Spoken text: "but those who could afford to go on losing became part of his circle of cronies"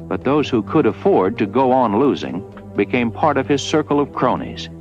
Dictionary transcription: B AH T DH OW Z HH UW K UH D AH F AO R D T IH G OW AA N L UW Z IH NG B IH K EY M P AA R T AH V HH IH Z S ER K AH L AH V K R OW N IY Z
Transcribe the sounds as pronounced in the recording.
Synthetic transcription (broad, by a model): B AH T DH OW Z HH UW K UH D AH F AO R D T IH G OW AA N L UW Z IH NG B IH K EY M P AA R T AH V IH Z S ER K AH L AH V K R OW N IY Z